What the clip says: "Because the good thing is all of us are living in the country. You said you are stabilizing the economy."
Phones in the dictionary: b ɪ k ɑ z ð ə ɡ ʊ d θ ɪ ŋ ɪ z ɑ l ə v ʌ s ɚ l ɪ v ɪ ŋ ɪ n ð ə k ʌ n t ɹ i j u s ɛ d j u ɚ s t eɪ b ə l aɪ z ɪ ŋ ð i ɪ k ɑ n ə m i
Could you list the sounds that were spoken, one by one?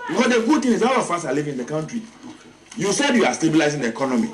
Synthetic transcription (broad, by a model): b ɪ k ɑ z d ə ɡ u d t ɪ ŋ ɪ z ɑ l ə f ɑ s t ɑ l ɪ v ɪ n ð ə k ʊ n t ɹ i j u s ɛ d j u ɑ s t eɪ b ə l aɪ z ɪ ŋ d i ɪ k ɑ n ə m i